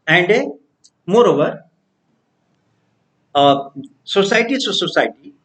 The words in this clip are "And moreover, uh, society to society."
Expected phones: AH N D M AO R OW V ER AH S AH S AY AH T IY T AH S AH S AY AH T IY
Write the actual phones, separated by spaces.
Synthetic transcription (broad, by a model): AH N D M AO R OW V ER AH S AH S AY T IY S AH S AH S AY T IY